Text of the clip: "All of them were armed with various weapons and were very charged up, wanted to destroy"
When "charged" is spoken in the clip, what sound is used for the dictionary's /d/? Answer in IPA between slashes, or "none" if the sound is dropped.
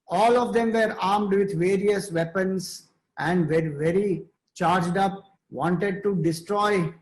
/d/